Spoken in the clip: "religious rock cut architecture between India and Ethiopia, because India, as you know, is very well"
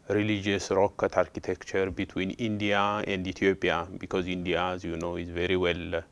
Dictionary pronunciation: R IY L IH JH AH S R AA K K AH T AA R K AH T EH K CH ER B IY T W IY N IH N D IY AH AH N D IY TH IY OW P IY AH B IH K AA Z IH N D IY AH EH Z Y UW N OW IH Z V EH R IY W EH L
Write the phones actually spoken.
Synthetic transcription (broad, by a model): R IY L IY JH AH S R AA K K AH T AA R K AH T EH K CH ER B IY T W IY N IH N D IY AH AH N D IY T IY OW P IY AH B IH K AA Z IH N D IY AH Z Y UW N OW IH Z V EH R IY W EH L